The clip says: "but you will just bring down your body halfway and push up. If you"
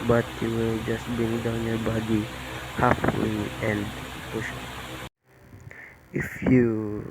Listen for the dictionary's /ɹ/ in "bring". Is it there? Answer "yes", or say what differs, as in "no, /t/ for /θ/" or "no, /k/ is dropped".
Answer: no, /ɹ/ is dropped